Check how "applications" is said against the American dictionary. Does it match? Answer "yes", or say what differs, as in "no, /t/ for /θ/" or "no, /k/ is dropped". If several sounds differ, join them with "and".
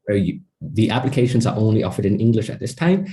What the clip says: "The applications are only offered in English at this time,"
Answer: yes